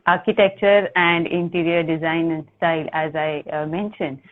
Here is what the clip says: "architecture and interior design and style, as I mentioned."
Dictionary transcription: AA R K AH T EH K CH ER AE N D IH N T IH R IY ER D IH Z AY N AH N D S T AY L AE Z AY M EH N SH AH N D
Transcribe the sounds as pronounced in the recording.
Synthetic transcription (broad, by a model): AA R K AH T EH K CH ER AE N D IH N T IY R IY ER D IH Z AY AH N S T AY L AE Z AY M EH N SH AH N D